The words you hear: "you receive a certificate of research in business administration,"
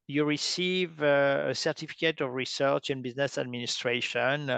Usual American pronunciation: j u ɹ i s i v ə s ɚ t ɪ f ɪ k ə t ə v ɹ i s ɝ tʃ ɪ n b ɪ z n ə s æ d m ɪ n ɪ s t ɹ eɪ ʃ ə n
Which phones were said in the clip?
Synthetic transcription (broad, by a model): j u ɹ i s i v ə s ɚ t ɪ f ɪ k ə t ə v ɹ i s ɝ tʃ ɪ n b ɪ z n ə s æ d m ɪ n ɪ s t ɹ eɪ ʃ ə n